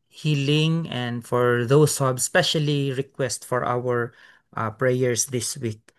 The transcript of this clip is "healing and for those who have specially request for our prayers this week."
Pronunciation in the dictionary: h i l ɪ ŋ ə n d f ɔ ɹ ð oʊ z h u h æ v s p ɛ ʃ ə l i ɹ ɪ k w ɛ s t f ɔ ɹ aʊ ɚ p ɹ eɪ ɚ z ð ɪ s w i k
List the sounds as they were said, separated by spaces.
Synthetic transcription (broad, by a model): h i l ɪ ŋ ə n d f ɔ ɹ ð oʊ s h u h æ b s p ɛ ʃ ə l i ɹ ɪ k w ɛ s t f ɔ ɹ aʊ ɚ p ɹ eɪ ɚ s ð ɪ s w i k